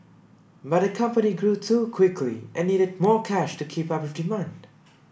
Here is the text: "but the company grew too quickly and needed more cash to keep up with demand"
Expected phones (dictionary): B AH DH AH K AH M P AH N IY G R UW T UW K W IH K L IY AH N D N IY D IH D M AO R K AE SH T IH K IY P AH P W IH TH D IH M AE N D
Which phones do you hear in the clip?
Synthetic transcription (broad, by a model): B AH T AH K AH M P AH N IY G R UW T UW K W IH K L IY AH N N IY D IH D M AO R K AE SH T IH K IY P AH P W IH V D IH M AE N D